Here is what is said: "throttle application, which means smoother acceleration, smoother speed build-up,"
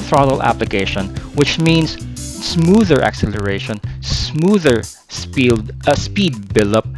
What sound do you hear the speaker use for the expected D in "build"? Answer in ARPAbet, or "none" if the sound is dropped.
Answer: none